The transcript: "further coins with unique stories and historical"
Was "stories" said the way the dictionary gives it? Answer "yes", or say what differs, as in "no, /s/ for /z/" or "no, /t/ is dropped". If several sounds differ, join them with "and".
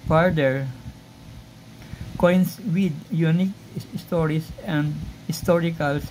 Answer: no, /s/ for /z/